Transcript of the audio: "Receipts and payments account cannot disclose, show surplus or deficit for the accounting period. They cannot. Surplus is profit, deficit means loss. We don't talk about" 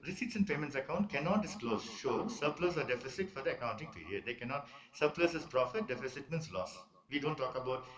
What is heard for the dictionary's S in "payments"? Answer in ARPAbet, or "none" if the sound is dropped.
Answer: S